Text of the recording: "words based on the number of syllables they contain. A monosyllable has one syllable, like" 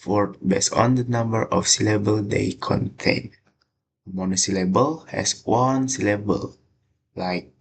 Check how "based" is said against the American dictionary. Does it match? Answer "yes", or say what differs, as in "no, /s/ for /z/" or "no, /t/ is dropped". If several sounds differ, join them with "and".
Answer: no, /t/ is dropped